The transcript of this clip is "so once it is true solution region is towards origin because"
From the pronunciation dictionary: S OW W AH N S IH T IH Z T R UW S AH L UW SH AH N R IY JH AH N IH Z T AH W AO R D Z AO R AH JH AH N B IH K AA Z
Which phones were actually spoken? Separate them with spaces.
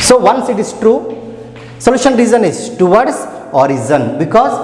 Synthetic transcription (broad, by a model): S OW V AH N S IH T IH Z T R UW S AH L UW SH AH N R IY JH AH N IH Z T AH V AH R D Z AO R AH Z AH N B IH K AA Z